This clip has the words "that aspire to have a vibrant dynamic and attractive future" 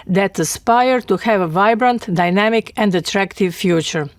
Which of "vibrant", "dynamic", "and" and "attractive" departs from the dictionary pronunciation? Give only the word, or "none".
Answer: none